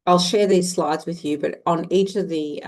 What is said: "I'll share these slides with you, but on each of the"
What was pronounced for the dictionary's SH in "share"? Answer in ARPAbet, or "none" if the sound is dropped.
SH